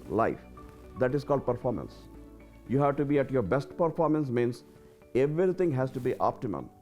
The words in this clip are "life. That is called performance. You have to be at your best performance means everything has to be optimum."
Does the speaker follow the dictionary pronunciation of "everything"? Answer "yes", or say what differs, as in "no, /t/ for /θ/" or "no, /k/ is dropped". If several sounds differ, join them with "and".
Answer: no, /t/ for /θ/